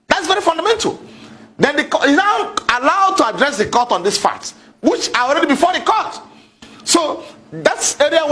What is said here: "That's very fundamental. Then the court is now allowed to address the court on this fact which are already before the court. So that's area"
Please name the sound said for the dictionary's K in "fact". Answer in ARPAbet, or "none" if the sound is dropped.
none